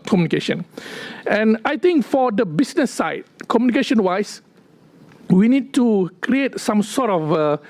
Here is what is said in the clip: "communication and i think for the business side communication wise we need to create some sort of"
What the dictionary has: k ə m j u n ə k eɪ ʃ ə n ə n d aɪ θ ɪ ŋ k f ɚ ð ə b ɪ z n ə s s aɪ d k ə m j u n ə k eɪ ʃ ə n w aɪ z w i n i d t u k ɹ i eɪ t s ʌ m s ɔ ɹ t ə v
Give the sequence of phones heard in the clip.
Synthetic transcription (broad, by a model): k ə m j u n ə k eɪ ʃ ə n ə n aɪ t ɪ ŋ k f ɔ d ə b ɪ s n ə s s aɪ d k ə m j u n ə k eɪ ʃ ə n w aɪ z w i n i d t u k ɹ i eɪ t s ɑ m s ɔ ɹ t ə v